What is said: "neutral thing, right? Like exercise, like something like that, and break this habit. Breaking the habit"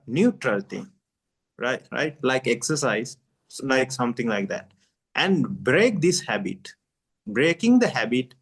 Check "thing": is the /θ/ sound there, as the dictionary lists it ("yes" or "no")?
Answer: no